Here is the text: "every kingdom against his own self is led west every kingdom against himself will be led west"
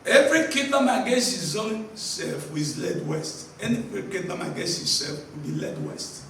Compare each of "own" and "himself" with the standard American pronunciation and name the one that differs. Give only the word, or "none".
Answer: himself